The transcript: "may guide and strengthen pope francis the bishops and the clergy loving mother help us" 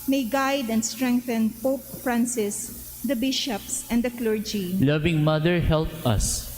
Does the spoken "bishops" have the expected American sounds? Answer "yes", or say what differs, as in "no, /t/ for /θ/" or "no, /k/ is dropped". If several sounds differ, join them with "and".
yes